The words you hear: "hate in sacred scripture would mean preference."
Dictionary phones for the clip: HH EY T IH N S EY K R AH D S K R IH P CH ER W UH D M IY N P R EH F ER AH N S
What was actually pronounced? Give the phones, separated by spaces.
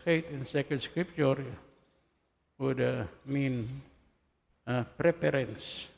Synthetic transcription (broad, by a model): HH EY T IH N S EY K AH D S K R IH P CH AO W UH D M IY N P R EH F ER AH N S